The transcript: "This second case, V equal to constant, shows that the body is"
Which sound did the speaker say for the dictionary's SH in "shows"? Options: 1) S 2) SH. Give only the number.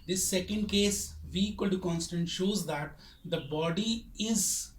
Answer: 2